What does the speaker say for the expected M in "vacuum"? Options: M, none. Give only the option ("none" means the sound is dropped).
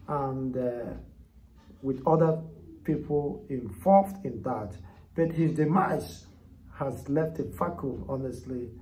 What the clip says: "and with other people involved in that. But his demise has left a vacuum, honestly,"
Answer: none